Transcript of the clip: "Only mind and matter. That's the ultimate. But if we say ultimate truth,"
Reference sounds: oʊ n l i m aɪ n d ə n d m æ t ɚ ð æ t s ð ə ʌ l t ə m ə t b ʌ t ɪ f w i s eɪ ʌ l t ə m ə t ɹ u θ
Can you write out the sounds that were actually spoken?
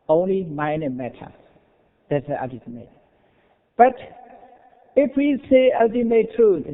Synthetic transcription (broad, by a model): oʊ n l i m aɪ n ə m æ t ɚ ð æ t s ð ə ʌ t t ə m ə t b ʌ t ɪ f w i s eɪ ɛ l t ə m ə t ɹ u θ